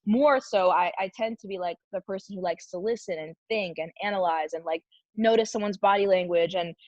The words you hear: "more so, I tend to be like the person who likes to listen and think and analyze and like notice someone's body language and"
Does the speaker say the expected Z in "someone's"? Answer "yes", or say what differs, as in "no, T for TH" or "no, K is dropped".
yes